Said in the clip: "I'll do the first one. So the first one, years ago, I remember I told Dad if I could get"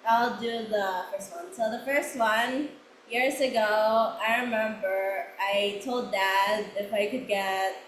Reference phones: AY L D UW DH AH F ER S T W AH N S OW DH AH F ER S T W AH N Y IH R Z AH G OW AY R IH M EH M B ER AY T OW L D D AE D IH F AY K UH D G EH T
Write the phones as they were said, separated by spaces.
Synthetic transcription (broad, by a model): AY L D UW DH AH F ER S T W AH N S OW DH AH F ER S T W AH N Y IH R Z AH G OW AY R IH M EH M B ER AY T OW L D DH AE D IH F AY K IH D G EH T